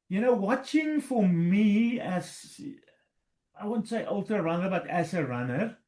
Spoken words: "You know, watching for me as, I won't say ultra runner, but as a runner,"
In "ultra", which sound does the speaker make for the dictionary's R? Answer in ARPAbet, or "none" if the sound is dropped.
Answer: none